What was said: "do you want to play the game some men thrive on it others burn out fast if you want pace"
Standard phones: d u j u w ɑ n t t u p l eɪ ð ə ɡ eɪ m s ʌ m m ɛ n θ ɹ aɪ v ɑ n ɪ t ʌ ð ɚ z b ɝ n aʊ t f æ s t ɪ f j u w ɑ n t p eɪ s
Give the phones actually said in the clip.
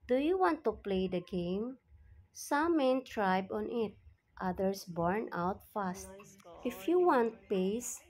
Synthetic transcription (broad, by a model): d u j u w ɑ n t t u p l eɪ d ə ɡ eɪ m s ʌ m m ɛ n t ɹ aɪ b ɑ n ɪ t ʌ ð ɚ s b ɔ n aʊ t f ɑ s t ɪ f j u w ɑ n t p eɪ s